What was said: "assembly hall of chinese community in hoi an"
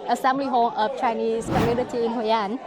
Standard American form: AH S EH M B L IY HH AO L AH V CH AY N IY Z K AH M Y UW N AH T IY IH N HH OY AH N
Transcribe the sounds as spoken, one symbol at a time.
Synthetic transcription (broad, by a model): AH S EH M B L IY HH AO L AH F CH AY N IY S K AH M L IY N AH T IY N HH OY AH N